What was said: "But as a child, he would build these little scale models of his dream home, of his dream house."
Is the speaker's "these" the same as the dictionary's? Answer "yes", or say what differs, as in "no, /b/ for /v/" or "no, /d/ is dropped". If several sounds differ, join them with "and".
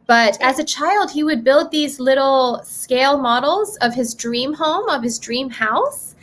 yes